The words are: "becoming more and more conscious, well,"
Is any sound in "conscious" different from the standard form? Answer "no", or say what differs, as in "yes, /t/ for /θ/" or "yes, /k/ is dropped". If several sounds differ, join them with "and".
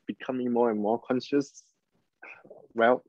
no